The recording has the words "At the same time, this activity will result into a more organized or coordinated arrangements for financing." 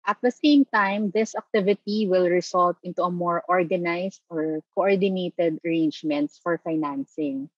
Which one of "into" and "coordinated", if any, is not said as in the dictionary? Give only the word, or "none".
none